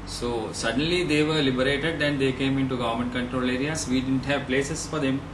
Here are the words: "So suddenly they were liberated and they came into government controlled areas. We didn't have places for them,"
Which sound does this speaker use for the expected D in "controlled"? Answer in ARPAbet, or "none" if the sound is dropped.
none